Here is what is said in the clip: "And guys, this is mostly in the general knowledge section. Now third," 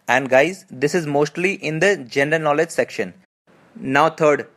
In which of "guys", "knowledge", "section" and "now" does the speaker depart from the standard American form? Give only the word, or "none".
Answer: none